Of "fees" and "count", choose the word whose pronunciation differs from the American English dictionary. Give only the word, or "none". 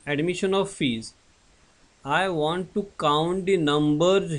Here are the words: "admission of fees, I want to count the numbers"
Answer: none